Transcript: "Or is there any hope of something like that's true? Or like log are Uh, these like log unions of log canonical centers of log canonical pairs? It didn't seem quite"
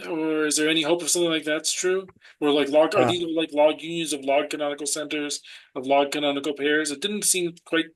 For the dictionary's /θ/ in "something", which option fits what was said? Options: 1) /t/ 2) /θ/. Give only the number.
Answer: 2